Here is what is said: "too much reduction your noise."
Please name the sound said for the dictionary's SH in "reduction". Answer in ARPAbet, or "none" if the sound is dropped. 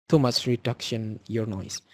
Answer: SH